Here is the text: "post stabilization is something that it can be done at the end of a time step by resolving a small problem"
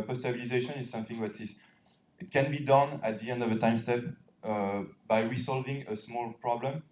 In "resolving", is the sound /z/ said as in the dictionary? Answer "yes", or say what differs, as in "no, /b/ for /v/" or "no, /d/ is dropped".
no, /s/ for /z/